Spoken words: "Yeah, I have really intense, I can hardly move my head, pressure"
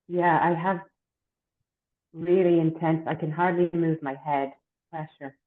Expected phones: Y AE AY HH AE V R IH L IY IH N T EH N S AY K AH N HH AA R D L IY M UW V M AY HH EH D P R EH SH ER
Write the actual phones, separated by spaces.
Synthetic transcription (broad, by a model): Y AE AY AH V R IH L IY IH N T EH N S AY K AH N HH AA R D L IY M UW V M AY HH EH D P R EH SH ER